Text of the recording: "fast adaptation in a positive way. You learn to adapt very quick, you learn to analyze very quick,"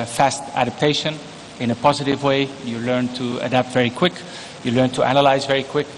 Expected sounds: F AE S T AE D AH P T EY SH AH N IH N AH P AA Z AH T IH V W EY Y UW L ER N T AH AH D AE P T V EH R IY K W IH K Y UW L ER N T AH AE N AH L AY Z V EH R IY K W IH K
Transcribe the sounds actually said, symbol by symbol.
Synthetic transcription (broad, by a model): F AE S T AE D AH P T EY SH AH N IH N AH P AA Z AH T IH V W EY Y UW L ER N T AH AH D AE P T V EH R IY K W IH K Y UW L ER N T AH AE N AH L AY Z V EH R IY K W IH K